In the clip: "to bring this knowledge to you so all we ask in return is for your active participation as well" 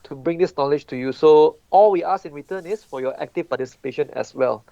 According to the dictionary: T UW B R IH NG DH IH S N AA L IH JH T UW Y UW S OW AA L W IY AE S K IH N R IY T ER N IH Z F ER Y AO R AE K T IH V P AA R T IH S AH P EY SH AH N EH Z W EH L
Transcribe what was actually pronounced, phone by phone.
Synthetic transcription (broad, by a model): T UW B R IH NG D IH S N AA L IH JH T UW Y UW S OW AA L W IY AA S IH N R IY T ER N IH S F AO Y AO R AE K T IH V P AA T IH S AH P EY SH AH N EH S W EH L